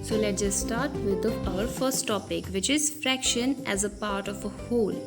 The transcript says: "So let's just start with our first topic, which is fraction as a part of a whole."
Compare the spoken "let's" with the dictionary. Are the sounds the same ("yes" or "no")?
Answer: no